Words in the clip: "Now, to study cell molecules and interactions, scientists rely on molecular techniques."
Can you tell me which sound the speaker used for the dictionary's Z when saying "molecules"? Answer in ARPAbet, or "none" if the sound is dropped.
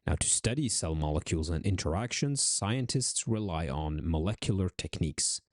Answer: Z